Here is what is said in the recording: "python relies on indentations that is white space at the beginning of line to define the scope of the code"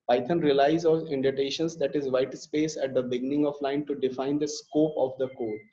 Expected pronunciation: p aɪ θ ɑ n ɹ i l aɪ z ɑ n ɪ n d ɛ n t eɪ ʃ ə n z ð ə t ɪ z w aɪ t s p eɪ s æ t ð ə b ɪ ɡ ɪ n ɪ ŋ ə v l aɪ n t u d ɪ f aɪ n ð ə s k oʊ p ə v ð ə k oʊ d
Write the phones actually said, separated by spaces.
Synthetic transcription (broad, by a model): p aɪ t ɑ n ɹ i l aɪ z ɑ l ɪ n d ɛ t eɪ ʃ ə n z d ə t ɪ z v aɪ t s p eɪ s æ t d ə b ɪ ɡ ɪ n ɪ ŋ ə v l aɪ n t u d ɪ f aɪ n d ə s k oʊ p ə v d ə k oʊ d